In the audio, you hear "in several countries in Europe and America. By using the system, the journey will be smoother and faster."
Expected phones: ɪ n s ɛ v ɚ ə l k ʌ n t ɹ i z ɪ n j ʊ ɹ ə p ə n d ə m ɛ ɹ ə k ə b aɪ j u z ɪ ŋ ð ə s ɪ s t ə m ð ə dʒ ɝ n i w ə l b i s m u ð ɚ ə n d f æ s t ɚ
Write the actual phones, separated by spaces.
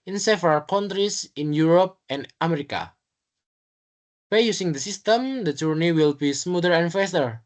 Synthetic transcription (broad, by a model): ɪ n s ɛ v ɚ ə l k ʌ n t ɹ i s ɪ n j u ɹ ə p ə n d ə m ɛ ɹ ə k ə b aɪ j u s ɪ ŋ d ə s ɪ s t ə m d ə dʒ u n i w ə l b i s m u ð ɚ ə n f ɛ s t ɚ